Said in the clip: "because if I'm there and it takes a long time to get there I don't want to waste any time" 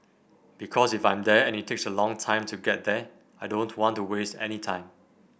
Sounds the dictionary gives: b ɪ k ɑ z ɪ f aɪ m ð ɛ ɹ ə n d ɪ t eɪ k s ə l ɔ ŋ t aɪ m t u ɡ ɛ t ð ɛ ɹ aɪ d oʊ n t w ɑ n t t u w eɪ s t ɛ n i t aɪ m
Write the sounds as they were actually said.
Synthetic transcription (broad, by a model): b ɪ k ɑ s ɪ f aɪ m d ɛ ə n ɪ t eɪ k s ə l ɔ ŋ t aɪ m t u ɡ ɛ t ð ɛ aɪ d oʊ n t w ɑ n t t u w eɪ s t ɛ n i t aɪ m